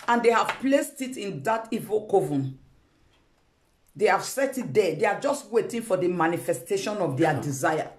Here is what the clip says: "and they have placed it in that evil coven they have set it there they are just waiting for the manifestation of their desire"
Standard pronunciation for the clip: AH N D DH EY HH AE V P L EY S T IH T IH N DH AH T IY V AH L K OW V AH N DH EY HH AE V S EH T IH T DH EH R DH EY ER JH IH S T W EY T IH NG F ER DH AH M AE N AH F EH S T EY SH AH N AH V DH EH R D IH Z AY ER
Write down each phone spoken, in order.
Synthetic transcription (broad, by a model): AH N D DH EY HH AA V P L EY S T IH T IH N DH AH T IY V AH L K OW V AH N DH EY HH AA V S EH T IH T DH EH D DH EY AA JH IH S T W EY T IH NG F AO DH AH M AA N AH F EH S T EY SH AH N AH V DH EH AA D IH Z AY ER